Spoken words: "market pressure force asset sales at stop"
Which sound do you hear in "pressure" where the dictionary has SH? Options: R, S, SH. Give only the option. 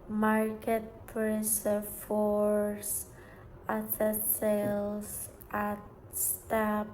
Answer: S